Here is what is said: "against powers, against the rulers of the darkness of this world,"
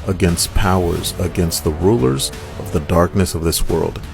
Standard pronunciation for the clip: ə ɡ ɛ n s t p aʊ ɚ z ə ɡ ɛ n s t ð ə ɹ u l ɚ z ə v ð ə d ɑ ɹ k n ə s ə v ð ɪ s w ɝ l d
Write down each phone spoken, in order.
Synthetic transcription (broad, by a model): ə ɡ ɛ n s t p aʊ ɚ z ə ɡ ɛ n s t ð ə ɹ u l ɚ z ə v ð ə d ɑ ɹ k n ə s ə v ð ɪ s w ɝ l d